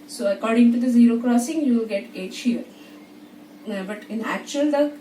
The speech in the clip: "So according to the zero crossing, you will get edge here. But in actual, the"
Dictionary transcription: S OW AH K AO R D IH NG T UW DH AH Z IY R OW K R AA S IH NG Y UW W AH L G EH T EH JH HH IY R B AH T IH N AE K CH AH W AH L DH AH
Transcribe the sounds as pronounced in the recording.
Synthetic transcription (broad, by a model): S OW AH K AO R D IH NG T UW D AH Z IY R OW K R AA S IH NG Y UW L G EH T EH CH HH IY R B AH T IH N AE K CH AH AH L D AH